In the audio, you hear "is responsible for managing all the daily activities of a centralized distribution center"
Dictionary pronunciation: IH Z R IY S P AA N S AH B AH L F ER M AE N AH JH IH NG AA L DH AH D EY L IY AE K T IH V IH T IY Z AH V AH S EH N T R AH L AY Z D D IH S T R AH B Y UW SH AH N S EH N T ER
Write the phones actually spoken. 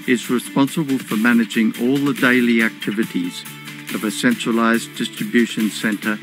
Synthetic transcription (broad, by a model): IH Z R IY S P AA N S AH B AH L F ER M AE N AH JH IH NG AA L DH AH D EY L IY AE K T IH V IH T IY Z AH V AH S EH N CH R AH L AY Z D D IH S T R AH B Y UW SH AH N S EH N T ER